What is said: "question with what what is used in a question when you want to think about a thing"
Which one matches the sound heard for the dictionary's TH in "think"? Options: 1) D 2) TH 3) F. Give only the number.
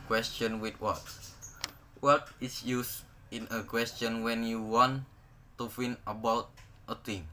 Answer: 3